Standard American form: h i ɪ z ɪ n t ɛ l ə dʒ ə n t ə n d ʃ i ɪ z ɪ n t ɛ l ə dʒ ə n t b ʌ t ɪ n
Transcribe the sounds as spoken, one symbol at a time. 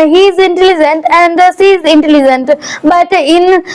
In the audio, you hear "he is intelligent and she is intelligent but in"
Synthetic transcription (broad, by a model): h i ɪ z ɪ n t ɛ l ə dʒ ə n t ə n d s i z ɪ n t ɛ l ə dʒ ə n t b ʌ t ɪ n